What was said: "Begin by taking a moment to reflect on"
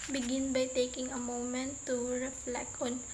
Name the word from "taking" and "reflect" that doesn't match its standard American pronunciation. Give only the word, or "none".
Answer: reflect